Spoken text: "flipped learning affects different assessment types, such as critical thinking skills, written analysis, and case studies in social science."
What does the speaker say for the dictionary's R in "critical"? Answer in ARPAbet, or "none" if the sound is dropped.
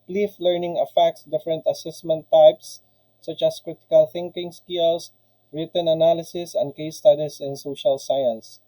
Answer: R